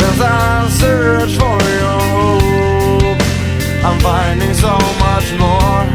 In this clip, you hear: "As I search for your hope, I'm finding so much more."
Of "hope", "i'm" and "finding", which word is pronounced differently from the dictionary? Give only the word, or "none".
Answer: hope